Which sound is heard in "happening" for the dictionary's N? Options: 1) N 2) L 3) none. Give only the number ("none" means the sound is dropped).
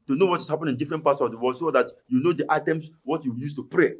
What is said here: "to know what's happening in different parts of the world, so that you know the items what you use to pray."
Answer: 3